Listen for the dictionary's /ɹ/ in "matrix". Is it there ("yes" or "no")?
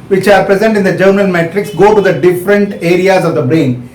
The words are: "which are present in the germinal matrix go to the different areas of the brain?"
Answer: yes